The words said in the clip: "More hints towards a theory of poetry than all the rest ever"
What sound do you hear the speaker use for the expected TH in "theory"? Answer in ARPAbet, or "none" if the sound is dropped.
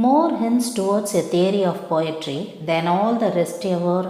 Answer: T